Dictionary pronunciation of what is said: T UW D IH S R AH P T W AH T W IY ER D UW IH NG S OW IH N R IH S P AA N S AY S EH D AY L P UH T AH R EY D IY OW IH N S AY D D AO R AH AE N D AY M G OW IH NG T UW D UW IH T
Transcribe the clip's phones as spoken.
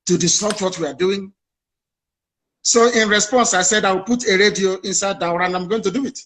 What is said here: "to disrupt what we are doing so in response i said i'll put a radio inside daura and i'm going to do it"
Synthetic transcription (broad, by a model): T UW D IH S AO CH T W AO T W IY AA D UW IH NG S OW IH N R IH S P AA N S AY S EH D AY W P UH T AH R EY D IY OW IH N S AY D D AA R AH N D AY M G OW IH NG T UW D UW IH T